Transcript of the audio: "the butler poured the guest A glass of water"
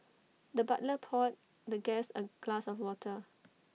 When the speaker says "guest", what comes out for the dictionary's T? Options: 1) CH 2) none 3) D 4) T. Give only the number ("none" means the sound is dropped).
2